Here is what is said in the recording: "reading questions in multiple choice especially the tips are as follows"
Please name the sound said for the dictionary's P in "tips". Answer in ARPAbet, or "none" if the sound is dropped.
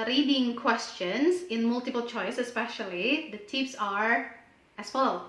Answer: F